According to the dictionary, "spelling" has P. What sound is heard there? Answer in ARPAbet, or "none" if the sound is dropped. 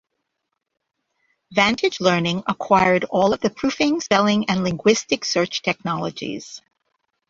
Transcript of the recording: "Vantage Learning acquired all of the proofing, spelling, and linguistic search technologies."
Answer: none